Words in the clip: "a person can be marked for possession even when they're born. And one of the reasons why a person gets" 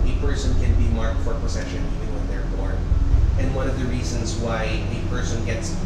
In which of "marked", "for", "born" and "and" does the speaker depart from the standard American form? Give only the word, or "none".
born